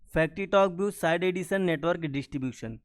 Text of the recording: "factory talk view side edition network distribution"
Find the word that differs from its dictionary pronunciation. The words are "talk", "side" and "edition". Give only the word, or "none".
edition